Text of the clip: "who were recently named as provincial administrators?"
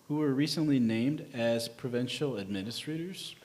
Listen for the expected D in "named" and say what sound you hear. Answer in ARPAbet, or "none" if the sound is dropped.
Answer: D